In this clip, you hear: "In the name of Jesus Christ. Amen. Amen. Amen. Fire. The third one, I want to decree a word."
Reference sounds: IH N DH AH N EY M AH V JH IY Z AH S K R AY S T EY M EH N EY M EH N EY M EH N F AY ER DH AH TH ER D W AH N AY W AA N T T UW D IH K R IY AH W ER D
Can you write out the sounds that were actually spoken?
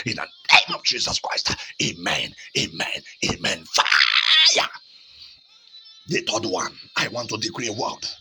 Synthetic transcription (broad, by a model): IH N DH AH N EY M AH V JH IY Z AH S K R AY S T EY M EH N EY M EH N EY M EH N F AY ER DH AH T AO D W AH N AY W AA N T T UW D IH K R IY AH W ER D